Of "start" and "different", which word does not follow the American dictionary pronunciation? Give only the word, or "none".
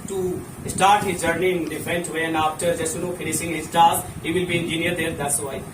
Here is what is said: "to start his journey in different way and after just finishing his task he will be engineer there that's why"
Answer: different